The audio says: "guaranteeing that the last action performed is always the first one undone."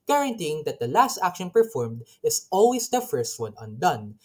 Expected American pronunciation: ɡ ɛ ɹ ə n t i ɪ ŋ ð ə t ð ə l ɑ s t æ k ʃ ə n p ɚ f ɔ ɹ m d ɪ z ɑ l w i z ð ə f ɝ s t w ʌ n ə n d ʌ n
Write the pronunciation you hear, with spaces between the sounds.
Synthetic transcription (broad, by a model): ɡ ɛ ɹ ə n t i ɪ ŋ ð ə t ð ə l ɑ s t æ k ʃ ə n p ɚ f ɔ ɹ m d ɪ s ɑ l w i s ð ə f ɝ s t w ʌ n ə n d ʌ n